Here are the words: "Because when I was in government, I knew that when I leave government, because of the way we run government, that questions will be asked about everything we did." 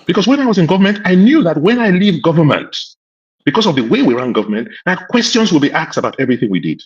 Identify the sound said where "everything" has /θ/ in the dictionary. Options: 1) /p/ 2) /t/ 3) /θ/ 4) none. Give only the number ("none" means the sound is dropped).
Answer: 3